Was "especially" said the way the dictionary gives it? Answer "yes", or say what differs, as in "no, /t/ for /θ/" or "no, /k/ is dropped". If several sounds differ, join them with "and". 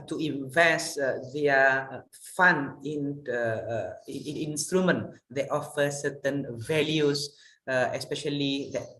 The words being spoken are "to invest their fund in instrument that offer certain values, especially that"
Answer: yes